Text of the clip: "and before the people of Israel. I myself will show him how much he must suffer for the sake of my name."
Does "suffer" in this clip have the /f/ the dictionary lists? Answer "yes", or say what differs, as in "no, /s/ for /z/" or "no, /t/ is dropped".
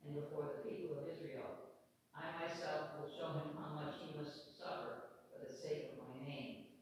yes